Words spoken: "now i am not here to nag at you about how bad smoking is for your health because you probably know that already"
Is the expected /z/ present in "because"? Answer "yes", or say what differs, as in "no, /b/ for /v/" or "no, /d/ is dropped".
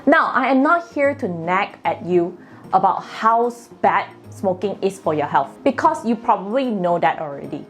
no, /s/ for /z/